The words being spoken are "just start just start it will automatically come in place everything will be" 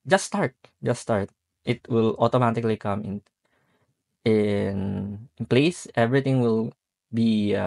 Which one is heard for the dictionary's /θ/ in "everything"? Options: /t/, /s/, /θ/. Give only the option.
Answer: /t/